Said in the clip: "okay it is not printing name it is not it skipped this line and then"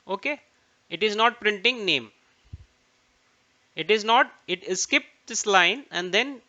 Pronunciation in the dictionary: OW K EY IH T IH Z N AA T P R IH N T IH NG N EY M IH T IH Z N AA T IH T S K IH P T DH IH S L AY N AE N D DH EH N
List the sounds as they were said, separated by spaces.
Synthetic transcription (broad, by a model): OW K EY IH T IH Z N AA T P R IH N T IH NG N EY M IH T IH Z N AA T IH T S K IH P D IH S L AY N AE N D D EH N